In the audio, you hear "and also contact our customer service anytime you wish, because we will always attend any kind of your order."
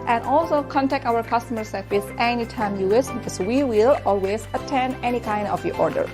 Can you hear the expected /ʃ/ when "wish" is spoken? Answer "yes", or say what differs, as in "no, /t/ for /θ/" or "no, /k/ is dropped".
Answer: no, /s/ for /ʃ/